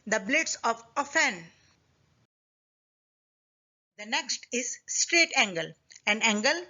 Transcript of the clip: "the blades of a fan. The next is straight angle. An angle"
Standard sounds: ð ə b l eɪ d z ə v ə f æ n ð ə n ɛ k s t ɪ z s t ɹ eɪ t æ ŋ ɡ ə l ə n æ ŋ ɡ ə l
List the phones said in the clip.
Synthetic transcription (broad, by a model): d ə b l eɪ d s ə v ə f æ n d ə n ɛ k s t ɪ z s t ɹ eɪ t æ ŋ ɡ ə l ə n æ ŋ ɡ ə l